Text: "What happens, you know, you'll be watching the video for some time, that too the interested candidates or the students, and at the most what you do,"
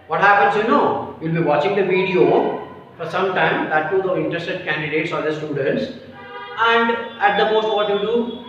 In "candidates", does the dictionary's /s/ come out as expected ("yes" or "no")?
yes